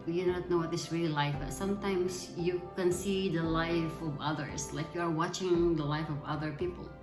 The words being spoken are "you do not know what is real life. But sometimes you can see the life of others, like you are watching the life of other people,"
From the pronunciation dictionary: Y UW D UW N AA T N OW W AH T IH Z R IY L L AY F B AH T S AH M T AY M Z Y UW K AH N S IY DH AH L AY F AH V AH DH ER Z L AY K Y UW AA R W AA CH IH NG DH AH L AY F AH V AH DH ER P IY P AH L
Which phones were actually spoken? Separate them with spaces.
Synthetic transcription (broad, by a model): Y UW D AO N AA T N OW W AH T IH S R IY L L AY F B AH T S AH M T AY M S Y UW K AH N S IY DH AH L AY F AH V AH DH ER S L AY K Y UW AA R W AA CH IH NG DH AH L AY F AH V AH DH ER P IY P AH L